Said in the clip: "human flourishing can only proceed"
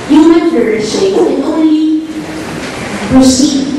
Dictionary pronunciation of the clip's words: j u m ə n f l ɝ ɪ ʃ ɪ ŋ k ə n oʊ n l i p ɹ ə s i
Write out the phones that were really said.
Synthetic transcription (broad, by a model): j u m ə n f ɝ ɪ ɪ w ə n oʊ n l i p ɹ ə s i